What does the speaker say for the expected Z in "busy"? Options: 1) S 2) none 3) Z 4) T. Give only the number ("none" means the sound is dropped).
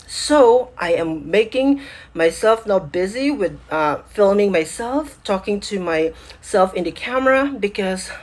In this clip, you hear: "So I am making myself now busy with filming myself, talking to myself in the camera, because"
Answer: 3